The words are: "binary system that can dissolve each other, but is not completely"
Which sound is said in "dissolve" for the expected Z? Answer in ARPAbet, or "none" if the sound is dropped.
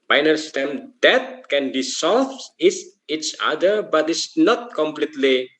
S